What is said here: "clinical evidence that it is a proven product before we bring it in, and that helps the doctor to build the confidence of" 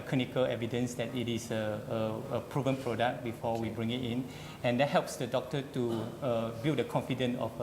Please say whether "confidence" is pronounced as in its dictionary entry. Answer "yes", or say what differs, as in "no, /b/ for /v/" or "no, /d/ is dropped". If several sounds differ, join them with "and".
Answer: no, /s/ is dropped